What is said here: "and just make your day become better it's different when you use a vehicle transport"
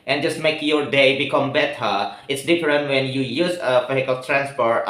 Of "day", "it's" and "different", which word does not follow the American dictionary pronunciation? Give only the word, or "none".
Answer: none